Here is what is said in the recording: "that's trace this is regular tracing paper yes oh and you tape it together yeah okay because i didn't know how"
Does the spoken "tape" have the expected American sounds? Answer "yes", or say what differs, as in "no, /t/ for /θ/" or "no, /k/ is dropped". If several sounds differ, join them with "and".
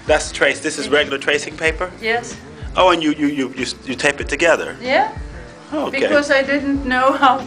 yes